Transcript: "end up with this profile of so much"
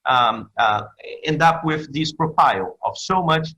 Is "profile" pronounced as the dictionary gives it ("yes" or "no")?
yes